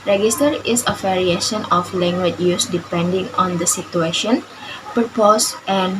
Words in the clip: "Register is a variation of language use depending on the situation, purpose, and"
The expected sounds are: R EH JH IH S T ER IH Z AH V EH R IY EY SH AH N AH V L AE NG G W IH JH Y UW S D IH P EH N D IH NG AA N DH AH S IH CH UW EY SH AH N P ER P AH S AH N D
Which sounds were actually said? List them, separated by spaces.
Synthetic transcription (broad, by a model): R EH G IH S T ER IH S AH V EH R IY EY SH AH N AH F L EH NG G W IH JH Y UW S D IH P EH N D IH NG AA N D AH S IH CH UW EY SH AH N P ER P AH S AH N